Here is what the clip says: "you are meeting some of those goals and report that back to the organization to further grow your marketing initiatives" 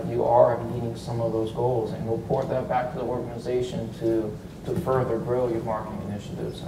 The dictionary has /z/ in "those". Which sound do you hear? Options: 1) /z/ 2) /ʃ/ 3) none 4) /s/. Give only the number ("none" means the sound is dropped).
1